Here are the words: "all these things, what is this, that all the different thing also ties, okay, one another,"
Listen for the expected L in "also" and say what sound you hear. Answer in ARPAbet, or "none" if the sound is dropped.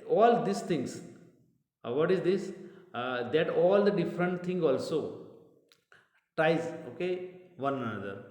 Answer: L